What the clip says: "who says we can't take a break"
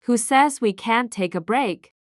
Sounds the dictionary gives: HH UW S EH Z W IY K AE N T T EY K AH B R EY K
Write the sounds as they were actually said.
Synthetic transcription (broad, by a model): HH UW S EH Z W IY K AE N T T EY K AH B R EY K